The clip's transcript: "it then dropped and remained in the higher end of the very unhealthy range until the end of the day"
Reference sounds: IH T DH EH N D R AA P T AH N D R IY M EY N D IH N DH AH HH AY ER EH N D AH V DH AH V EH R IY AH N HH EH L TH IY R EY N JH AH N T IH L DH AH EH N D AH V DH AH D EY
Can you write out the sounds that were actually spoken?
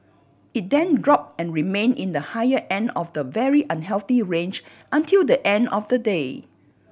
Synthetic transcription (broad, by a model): IH T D EH N D R AA P AH N R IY M EY N IH N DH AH HH AY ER EH N D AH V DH AH V EH R IY AH N HH EH L TH IY R EY N JH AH N T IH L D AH EH N D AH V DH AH D EY